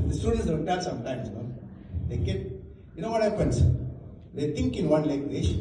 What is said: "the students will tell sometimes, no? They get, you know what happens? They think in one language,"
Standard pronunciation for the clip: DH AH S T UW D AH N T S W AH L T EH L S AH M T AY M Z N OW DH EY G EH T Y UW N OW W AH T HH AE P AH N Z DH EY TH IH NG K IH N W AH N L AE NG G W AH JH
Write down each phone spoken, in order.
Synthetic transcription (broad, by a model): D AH S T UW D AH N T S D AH N T EH L S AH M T AY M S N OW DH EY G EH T Y UW N OW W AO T HH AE P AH N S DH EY T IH NG K IH N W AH N L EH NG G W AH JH